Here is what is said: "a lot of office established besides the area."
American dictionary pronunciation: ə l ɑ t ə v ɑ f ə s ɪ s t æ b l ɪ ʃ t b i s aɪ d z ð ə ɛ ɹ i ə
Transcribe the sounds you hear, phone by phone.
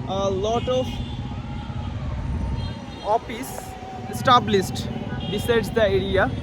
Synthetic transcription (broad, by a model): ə l ɑ t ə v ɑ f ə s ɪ s t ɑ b l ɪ s t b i s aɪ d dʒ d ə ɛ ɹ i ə